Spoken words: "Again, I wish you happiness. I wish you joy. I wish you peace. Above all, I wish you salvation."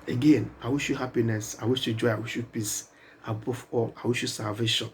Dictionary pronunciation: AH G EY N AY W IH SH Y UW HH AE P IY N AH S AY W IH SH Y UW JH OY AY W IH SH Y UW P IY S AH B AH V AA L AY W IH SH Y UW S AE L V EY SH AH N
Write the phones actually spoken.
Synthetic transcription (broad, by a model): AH G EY N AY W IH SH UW HH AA P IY N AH S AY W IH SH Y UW JH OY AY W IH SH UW P IY S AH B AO F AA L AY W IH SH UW S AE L V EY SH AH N